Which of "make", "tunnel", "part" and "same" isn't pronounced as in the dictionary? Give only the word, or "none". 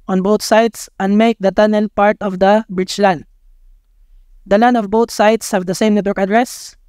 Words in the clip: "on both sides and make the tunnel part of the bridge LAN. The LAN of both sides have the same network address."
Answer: none